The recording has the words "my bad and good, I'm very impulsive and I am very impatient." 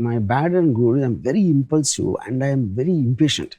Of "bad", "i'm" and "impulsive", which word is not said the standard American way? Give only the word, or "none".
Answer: impulsive